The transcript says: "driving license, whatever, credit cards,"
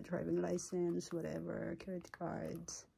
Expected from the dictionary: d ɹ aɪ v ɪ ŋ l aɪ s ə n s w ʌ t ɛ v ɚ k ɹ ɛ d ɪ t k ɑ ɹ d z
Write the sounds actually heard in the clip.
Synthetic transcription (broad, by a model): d ɹ aɪ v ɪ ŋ l aɪ s ə n s w ʌ t ɛ v ɚ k ɛ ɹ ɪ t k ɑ ɹ d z